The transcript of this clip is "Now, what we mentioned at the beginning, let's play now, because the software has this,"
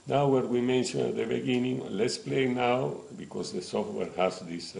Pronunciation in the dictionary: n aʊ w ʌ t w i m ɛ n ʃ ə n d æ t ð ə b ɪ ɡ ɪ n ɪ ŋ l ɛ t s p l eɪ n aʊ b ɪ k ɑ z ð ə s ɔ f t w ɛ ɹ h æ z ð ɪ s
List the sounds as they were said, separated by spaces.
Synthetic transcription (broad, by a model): n aʊ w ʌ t w i m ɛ n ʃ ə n æ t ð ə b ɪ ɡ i n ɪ ŋ l ɛ t s p l eɪ n aʊ b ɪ k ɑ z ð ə s ɔ f t w ɛ ɹ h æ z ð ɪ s